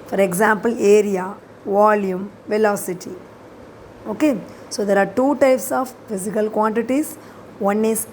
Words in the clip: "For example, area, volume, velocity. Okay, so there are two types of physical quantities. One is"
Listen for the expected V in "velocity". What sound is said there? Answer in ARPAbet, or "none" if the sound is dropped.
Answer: V